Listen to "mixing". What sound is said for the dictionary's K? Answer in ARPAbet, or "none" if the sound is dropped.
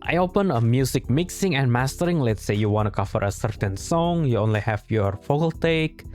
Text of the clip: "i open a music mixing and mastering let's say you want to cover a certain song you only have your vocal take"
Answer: K